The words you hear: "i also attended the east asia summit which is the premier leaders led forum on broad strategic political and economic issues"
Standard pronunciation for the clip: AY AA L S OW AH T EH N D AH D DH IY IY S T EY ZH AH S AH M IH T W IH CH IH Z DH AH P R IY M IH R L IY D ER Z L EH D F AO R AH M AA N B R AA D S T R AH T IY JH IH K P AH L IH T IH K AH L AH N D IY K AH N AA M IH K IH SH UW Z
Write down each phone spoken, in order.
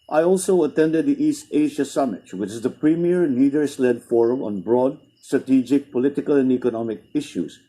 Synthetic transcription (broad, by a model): AY AA L S OW AH T EH N D AH D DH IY IY S T EY ZH AH S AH M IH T W IH CH IH Z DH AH P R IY M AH R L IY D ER S L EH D F AO R AH M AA N B R AA D S T R AH T IY JH IH K P AH L IH T IH K AH L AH N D IY K AH N AA M IH K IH SH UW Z